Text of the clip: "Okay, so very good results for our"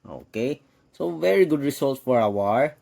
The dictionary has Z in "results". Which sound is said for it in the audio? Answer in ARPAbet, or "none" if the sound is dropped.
S